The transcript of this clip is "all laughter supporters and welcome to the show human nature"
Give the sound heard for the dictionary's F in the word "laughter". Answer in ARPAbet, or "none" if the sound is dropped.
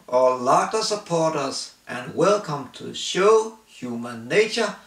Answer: none